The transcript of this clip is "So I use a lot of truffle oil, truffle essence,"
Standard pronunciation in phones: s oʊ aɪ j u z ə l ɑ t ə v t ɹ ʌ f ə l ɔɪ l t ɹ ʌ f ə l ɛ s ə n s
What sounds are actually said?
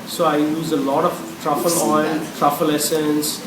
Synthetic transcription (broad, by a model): s oʊ aɪ j u z ə l ɑ t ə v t ɹ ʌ f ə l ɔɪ n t ɹ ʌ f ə l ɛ s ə n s